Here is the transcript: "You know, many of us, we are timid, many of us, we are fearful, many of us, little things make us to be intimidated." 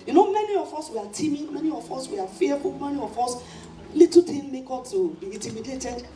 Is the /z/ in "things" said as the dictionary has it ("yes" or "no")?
no